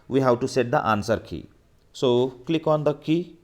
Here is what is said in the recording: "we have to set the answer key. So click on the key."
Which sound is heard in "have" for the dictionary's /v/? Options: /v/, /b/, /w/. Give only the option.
/w/